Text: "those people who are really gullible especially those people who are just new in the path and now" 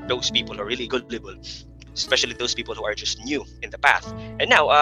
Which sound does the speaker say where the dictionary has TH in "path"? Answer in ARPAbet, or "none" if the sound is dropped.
TH